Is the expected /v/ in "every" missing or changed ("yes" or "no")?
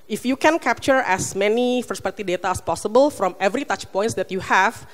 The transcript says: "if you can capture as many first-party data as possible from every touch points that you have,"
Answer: no